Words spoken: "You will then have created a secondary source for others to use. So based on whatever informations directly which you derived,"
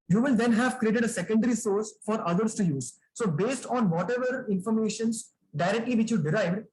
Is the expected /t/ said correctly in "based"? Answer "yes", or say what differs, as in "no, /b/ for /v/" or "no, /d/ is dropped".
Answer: yes